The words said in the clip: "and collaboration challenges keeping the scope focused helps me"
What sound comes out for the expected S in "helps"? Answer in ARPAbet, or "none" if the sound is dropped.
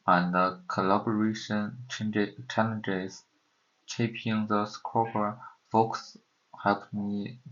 none